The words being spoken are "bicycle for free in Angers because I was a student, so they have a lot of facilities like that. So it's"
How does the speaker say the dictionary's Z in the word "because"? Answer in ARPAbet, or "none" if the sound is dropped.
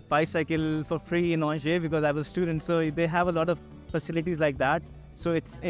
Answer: Z